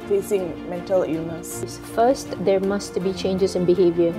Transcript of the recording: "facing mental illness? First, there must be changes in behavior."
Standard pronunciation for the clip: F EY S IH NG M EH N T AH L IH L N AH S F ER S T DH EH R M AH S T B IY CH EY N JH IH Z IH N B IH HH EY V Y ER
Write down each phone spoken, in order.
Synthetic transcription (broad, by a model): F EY S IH NG M EH N T AH L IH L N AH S F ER S T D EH R M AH S T B IY CH EY N JH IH S IH N B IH HH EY V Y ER